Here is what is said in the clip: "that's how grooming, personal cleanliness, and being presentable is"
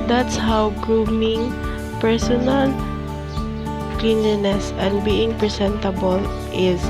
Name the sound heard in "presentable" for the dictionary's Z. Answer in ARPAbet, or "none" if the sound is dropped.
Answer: S